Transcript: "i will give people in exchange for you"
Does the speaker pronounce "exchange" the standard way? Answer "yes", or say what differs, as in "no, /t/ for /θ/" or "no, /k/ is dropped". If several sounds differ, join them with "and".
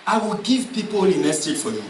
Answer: no, /k/ is dropped